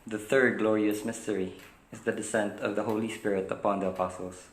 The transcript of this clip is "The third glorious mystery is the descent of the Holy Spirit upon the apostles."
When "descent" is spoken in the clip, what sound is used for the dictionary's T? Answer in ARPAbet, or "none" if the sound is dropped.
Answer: T